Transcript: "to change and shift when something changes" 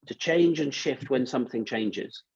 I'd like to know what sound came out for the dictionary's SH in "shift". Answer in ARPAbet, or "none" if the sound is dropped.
SH